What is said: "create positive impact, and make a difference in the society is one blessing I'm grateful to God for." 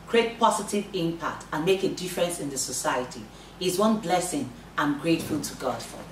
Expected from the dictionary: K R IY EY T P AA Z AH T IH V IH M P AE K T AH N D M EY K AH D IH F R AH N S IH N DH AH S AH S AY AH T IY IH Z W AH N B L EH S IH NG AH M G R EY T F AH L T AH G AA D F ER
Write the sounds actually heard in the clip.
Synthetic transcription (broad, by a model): K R IY EY T P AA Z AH T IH V IH M P AE K T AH N M EY K AH D IH F R AH N S IH N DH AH S AH S AY AH T IY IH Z W AH N B L EH S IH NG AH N G R EY T F AH L T AH G AA D F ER